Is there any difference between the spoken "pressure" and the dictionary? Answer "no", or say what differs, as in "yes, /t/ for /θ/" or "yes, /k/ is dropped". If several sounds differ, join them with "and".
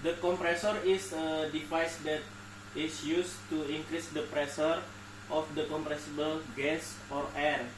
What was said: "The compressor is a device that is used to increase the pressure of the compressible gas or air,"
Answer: yes, /s/ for /ʃ/